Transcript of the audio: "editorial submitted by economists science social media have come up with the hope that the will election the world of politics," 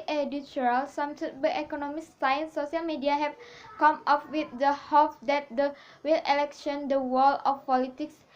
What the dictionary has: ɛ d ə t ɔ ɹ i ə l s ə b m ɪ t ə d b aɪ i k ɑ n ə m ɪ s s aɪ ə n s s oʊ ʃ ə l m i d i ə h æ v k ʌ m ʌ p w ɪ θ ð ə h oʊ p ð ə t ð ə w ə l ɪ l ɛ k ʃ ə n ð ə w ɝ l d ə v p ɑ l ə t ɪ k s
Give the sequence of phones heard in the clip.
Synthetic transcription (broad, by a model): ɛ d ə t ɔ ɹ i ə l s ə m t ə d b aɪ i k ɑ n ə m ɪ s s aɪ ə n s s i ə l m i d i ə h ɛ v k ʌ m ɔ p w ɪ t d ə h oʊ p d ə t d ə w ə l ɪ l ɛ k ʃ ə n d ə w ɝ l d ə f p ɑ l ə t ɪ k s